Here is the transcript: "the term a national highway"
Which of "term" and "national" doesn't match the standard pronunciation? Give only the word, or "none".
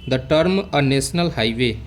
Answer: national